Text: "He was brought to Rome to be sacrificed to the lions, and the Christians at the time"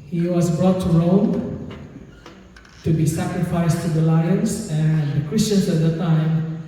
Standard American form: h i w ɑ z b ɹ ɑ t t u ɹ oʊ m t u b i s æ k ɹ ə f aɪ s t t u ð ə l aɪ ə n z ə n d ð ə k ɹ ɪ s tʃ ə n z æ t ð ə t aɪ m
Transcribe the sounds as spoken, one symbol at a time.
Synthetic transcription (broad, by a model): h i w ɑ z b ɹ ɑ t t u ɹ oʊ m t u b i s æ k ɹ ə f aɪ s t t u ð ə l aɪ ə n s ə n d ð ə k ɹ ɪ s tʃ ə n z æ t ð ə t aɪ m